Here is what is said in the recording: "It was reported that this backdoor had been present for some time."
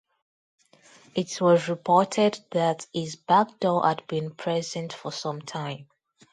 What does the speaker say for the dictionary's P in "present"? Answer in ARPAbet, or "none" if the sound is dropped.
P